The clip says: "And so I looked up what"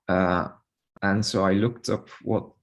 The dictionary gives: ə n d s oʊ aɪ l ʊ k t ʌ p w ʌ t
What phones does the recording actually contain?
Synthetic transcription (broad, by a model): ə n s oʊ aɪ l ʊ k t ʌ p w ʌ t